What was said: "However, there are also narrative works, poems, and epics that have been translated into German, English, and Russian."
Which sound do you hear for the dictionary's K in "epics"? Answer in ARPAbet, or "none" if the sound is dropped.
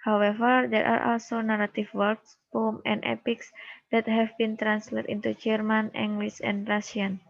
K